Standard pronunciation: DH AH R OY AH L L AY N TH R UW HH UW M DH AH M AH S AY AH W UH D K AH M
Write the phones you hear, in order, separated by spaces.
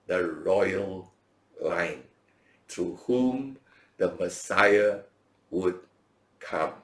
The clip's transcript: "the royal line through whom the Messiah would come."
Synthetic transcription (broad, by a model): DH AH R OY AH L L AY N T R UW HH UW M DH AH M AH S AY AH W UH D K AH M